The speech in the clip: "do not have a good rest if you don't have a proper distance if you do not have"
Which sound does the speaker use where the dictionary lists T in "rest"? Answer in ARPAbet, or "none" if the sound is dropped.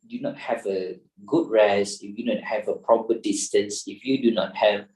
none